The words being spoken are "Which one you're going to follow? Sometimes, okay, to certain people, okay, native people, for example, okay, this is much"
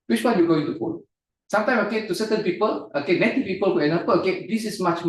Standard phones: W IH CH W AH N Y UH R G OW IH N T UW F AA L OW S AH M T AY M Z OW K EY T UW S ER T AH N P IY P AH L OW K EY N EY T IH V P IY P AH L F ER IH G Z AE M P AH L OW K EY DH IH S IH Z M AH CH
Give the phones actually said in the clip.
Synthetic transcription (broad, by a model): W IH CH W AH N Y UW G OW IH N T UW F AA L S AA M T AY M S OW K EY T UW S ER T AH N P IY P AH L OW K EY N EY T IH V P IY P AH L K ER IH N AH P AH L OW K EY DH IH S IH S M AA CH